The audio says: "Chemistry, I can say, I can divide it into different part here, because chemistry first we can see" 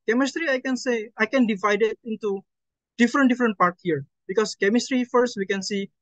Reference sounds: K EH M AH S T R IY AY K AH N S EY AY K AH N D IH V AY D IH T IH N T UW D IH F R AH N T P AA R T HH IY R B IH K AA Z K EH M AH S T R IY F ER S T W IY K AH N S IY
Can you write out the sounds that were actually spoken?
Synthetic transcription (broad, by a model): K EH M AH S T R IY AY K AH N S EY AY K AH N D IH V AY D IH T IH N T UW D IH F R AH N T P AA R T HH IY R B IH K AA S K EH M AH S T R IY F ER S T W IY K AH N S IY